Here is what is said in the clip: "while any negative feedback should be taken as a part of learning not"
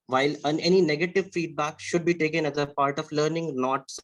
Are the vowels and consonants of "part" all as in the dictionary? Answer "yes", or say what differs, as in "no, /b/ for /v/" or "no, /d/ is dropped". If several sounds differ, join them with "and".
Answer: yes